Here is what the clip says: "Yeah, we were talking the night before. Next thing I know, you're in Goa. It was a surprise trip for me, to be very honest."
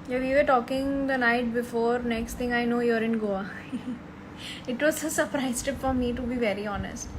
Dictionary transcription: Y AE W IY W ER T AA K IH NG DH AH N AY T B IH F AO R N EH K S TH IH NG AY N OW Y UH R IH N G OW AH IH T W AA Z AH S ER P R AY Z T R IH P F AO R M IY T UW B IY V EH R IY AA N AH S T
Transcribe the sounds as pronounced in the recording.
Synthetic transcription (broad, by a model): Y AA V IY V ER T AA K IH NG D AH N AY T B IH F AO R N EH K S T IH NG AY N OW Y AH R IH N G OW AH IH T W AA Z AH S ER P R AY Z T IH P F AO R M IY T UW B IY V EH R IY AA N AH S T